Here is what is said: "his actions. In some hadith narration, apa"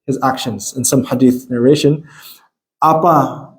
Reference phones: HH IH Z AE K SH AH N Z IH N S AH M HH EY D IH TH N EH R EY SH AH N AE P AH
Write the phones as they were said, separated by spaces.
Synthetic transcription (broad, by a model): HH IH Z AE K SH AH N Z IH N S AH M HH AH D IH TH N EH R EY SH AH N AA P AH